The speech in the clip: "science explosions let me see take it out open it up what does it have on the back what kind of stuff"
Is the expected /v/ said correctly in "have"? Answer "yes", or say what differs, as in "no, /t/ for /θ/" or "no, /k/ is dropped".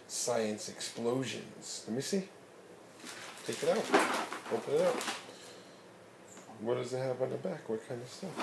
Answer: no, /p/ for /v/